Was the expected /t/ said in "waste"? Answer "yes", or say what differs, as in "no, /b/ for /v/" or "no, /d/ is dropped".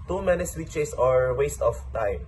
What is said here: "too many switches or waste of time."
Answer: yes